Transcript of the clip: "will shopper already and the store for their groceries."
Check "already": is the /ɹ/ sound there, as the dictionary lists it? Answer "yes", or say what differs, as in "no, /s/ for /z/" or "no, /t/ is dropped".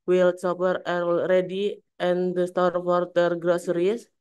yes